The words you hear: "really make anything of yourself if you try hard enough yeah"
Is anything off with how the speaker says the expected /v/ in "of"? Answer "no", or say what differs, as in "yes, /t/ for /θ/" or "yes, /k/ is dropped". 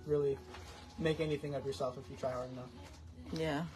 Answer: no